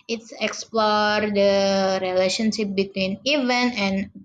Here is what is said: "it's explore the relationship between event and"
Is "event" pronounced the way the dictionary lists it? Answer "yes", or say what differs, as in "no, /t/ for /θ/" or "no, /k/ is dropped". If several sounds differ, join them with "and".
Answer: no, /t/ is dropped